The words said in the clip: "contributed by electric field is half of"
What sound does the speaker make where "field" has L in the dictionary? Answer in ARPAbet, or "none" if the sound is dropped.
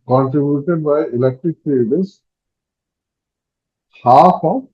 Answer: none